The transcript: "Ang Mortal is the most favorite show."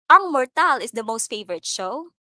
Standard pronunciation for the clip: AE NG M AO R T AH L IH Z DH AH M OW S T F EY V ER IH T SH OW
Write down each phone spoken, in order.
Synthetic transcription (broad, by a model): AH NG M AO R T AH L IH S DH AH M OW S T F EY V ER IH T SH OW